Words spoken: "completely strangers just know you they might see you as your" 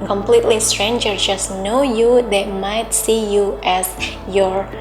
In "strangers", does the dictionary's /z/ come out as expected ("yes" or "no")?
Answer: no